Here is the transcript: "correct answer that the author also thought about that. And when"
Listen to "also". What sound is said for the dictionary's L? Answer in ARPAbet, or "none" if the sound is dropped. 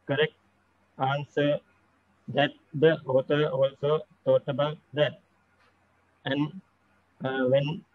L